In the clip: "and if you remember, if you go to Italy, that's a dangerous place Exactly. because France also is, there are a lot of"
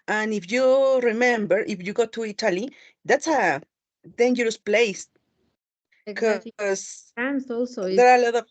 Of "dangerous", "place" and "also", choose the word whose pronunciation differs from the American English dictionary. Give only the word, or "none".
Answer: place